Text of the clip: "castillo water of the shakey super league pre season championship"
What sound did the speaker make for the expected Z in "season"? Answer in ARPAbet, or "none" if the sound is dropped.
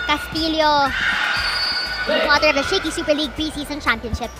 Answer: S